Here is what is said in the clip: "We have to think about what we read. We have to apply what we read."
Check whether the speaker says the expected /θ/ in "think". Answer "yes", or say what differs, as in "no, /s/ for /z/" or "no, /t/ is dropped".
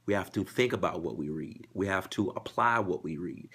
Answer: yes